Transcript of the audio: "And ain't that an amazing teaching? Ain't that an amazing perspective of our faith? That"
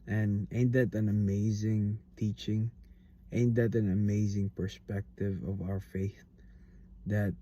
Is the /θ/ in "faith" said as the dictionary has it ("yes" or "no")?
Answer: yes